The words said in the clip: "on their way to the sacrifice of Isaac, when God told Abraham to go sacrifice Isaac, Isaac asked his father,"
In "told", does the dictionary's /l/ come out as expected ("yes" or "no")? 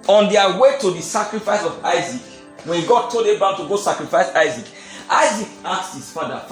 no